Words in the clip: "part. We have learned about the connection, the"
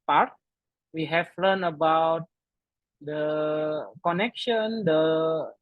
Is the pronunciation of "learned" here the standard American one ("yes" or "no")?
no